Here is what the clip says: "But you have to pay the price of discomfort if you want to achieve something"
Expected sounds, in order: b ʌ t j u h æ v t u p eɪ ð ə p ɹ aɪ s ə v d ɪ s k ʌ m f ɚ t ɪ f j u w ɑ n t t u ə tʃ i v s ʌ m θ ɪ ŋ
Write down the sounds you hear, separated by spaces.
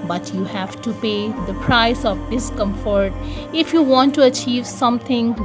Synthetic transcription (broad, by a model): b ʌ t j u h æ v t u p eɪ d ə p ɹ aɪ s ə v d ɪ s k ʌ m f ɚ t ɪ f j u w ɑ n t t u ə tʃ i v s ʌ m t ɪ ŋ